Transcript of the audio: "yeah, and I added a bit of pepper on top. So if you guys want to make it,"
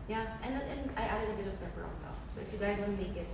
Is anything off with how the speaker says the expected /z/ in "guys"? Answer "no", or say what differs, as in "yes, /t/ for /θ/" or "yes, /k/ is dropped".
no